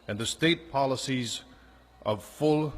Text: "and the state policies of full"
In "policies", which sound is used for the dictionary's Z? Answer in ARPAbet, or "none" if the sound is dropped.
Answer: Z